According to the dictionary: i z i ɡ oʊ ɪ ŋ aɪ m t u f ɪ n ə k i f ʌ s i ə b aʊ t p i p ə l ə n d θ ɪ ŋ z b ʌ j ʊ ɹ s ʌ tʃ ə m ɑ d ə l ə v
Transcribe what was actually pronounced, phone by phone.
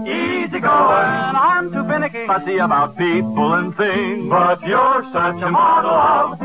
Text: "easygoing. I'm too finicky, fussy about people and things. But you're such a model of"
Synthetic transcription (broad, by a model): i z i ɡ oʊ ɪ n aɪ m t u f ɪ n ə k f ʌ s i ə b aʊ t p i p l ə n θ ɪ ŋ b ʌ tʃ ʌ ɹ s ʌ tʃ ə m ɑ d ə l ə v